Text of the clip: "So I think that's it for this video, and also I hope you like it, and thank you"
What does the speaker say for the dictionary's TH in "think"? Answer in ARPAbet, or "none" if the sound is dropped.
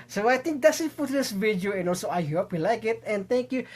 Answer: T